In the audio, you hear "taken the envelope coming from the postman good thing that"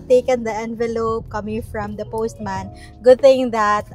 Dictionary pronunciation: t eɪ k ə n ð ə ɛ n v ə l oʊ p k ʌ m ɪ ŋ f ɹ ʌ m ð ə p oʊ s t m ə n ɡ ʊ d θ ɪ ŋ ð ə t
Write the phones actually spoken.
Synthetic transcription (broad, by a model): t eɪ k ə n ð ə ɛ n v ə l oʊ p k ʌ m ɪ ŋ f ɹ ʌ m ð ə p oʊ s t m ə n ɡ ʊ d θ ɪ ŋ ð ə t